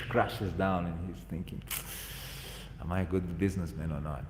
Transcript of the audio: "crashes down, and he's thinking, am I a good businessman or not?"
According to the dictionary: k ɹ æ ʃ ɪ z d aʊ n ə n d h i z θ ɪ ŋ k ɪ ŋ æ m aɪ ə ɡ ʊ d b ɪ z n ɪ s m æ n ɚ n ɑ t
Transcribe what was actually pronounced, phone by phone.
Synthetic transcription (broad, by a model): k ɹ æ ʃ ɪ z d aʊ n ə n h i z θ ɪ ŋ k ɪ ŋ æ m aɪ ə ɡ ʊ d b ɪ z n ɪ s m æ n ɚ n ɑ t